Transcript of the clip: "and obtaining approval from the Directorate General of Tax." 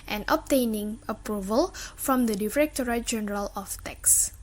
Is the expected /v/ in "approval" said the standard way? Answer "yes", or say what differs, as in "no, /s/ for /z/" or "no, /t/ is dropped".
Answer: yes